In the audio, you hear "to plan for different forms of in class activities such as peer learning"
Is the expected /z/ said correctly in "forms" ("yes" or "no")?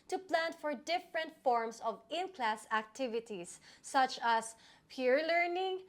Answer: no